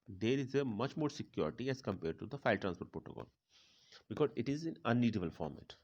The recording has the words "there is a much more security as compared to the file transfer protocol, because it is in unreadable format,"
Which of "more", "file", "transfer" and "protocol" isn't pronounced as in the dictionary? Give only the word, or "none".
transfer